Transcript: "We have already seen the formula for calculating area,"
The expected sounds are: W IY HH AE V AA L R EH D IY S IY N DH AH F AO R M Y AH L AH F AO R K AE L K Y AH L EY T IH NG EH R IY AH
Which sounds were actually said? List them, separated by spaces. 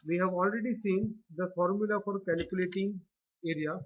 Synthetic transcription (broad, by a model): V IY HH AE V AA L R EH D IY S IY N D AH F AO R M Y AH L AH F AO R K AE L K Y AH L EY T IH NG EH R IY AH